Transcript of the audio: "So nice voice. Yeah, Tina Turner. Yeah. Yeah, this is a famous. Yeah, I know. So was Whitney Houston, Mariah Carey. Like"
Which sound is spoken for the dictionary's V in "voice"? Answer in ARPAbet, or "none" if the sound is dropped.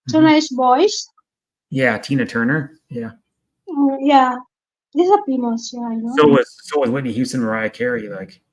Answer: B